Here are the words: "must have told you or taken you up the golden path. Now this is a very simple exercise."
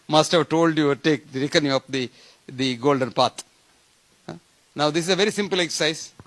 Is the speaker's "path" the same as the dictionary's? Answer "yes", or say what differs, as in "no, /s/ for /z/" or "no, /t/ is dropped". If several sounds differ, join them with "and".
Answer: no, /t/ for /θ/